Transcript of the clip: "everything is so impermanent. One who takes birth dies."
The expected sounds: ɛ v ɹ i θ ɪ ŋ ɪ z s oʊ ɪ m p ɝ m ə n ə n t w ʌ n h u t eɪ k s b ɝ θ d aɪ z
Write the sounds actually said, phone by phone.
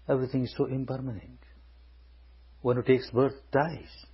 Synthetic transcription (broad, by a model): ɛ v ɹ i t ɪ ŋ ɪ z s oʊ ɪ m p ɝ m ə n ə n t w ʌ n h u t eɪ k s b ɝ t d aɪ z